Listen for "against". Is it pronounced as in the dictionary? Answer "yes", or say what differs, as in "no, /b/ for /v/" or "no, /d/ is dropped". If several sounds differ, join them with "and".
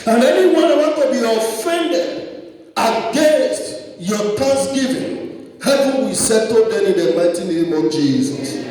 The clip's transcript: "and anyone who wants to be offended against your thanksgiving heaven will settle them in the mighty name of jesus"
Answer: yes